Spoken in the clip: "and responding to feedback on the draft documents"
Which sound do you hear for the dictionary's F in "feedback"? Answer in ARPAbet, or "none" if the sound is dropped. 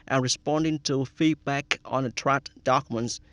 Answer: F